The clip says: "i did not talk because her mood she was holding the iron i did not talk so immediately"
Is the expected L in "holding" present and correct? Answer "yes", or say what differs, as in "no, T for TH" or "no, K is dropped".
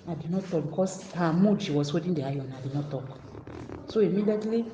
no, L is dropped